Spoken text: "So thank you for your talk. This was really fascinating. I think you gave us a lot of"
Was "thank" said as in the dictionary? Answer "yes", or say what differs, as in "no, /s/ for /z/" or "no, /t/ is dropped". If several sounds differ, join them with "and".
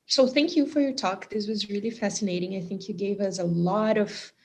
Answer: yes